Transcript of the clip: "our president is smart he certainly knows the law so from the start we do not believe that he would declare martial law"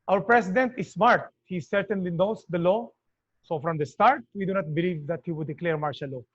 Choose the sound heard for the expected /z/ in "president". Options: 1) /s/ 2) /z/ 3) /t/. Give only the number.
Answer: 1